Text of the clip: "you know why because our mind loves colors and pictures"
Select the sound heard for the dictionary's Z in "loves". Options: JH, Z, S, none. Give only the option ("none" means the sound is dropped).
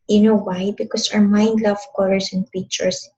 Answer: none